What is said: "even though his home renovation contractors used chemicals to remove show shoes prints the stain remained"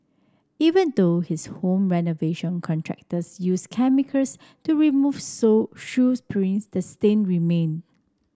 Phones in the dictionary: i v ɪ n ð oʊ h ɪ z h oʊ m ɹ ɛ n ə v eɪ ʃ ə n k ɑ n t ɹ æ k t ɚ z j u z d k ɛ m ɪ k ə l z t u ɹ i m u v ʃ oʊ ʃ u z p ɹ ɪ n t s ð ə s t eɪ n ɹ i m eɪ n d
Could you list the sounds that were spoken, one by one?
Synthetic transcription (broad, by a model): i v ɪ n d oʊ h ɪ s h oʊ m ɹ ɛ n ə v eɪ ʃ ə n k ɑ n t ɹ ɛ k t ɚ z j u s k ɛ m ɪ k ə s t u ɹ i m u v s oʊ ʃ u s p ɹ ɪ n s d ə s t eɪ n ɹ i m eɪ n